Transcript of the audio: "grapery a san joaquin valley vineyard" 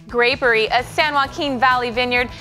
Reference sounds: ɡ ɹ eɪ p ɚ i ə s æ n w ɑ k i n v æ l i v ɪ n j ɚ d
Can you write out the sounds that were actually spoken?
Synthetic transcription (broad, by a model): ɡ ɹ eɪ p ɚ i ə s æ n w ɑ k i n v æ l i v ɪ n j ɚ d